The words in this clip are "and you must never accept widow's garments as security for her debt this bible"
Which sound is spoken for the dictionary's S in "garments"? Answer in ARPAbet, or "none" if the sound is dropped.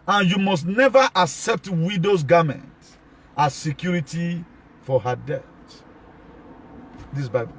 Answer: none